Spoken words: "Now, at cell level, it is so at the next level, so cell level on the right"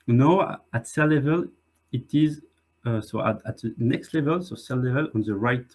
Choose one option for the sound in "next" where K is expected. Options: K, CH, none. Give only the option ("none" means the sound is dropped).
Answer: K